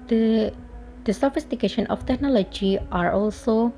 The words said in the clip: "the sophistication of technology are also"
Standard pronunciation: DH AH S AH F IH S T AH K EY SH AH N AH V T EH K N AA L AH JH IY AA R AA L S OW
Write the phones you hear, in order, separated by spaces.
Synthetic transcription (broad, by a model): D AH S AH F IH S T AH K EY SH AH N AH F T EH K N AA L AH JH IY AA R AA L S OW